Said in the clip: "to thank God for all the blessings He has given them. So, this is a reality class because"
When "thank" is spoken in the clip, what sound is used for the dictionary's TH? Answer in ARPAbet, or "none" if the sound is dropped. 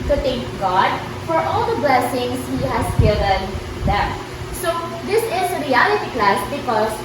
T